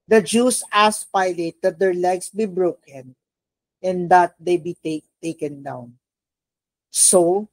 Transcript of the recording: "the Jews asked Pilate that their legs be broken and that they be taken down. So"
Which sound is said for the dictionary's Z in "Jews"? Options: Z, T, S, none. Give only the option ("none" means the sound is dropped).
S